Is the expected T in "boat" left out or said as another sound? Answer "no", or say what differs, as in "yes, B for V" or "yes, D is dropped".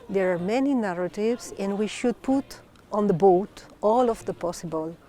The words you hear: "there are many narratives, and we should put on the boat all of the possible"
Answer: no